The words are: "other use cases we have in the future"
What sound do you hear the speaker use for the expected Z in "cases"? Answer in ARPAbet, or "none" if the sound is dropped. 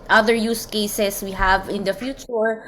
S